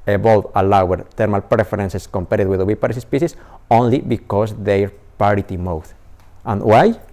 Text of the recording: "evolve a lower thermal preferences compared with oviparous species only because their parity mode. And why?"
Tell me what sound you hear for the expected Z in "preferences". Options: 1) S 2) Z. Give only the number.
1